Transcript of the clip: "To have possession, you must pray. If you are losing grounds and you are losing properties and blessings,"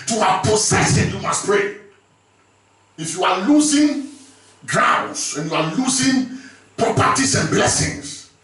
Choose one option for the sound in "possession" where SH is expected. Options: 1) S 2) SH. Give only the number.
1